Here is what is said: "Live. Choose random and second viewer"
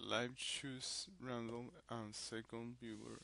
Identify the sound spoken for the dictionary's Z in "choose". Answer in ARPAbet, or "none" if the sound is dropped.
S